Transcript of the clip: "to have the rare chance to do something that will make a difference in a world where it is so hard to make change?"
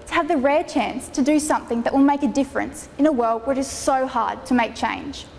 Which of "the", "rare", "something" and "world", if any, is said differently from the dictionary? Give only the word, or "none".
none